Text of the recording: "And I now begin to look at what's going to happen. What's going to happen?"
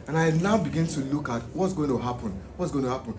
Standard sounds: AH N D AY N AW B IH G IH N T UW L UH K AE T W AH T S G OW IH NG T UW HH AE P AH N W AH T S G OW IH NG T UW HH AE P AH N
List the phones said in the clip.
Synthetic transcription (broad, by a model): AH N AY L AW B IH G IH N T UW L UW K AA T W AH T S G OW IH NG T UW HH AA P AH N W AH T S G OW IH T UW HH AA P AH N